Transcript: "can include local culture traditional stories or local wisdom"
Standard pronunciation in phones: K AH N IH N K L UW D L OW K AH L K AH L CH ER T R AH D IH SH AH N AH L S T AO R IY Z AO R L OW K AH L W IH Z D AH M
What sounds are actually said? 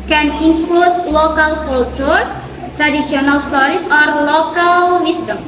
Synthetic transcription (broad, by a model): K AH N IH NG K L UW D L OW K AH L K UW L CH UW T R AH D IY S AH N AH L S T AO R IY S AO R L OW K AH L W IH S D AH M